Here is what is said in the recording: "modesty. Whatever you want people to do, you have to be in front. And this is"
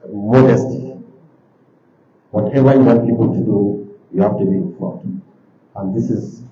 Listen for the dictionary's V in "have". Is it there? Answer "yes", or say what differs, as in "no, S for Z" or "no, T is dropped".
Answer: no, F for V